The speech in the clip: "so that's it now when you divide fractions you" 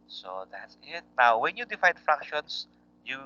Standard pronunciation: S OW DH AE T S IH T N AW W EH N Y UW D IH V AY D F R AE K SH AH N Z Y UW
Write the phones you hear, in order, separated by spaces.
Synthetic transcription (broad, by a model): S OW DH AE T S IH T N AW W EH N Y UW D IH F AY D F R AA K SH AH N S Y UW